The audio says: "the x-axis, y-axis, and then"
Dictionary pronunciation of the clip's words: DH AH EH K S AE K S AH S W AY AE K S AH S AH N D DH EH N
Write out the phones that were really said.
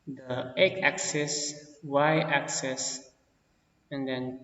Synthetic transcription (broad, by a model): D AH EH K AE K S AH S W AY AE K S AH S AH N D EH N